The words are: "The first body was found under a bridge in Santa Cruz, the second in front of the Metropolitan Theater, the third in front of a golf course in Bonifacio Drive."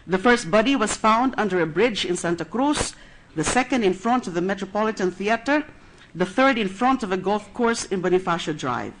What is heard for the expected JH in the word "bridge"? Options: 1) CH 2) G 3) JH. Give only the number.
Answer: 3